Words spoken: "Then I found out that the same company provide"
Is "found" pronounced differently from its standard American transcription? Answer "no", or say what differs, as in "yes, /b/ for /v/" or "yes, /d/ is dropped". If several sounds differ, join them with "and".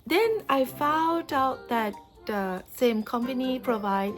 no